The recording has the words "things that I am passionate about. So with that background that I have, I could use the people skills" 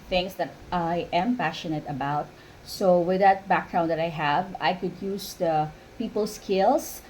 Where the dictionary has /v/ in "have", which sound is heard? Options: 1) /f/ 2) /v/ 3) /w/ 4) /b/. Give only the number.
2